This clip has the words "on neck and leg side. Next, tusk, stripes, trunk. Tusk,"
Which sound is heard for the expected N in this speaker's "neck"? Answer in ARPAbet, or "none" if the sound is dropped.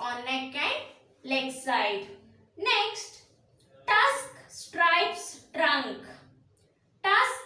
L